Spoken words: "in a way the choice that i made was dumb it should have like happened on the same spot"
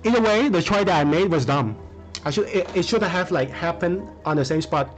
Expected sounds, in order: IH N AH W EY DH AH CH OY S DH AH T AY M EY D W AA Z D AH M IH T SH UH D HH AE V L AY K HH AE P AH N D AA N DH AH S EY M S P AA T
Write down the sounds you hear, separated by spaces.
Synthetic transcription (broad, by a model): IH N AH W EY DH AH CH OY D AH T AY M EY D W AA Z D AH M IH T SH UH D HH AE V L AY K HH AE P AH N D AA N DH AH S EY M S P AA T